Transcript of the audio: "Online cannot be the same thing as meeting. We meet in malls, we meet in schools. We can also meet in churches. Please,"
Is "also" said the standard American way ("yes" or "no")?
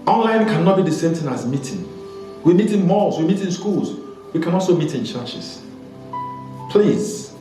yes